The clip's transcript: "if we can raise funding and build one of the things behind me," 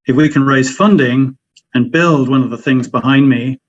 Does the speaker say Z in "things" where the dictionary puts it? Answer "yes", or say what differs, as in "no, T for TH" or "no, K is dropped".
yes